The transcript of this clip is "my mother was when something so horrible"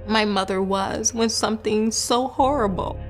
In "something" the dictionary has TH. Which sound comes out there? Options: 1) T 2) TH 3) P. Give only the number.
2